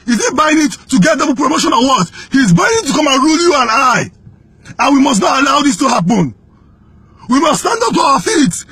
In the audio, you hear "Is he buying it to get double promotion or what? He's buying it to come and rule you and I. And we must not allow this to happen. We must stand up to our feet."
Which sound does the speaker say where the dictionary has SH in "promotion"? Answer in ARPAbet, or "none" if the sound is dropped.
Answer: SH